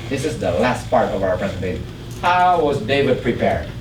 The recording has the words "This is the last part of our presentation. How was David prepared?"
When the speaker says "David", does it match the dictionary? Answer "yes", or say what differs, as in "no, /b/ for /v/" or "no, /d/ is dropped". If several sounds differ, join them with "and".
yes